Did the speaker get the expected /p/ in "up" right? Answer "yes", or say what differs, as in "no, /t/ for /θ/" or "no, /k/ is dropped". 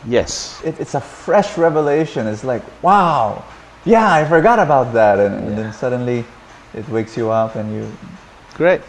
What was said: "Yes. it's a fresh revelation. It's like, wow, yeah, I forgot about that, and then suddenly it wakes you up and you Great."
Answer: yes